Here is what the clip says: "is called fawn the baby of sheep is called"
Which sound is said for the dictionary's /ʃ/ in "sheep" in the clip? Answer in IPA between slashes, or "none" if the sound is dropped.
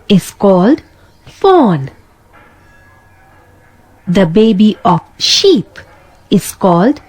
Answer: /ʃ/